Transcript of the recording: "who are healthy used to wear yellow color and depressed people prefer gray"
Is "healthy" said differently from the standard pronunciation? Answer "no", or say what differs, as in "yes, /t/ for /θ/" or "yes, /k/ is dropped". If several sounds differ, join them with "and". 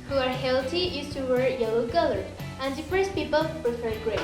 yes, /t/ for /θ/